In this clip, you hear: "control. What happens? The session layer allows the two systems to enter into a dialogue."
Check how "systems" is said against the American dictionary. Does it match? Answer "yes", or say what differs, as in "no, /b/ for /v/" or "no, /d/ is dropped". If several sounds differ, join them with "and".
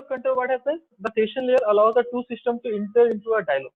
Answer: no, /z/ is dropped